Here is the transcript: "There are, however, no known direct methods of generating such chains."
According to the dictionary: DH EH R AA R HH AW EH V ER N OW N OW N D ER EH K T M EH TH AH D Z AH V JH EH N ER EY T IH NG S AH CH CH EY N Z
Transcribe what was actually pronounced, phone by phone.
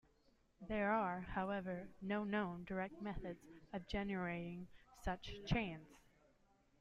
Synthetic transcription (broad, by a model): DH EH R AA R HH AW EH V ER N OW N OW N D ER EH K T M EH TH AH D Z AH V JH EH N ER EY T IH NG S AH CH CH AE N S